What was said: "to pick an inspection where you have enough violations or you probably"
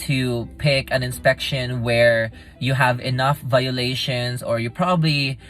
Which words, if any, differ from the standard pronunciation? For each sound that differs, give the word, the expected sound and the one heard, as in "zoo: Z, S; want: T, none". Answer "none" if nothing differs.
violations: Z, S